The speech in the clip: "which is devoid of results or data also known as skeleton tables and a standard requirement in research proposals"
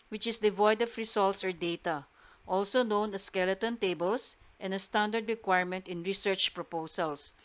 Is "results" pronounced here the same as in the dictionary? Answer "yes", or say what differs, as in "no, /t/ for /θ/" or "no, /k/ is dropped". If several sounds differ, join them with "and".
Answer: no, /s/ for /z/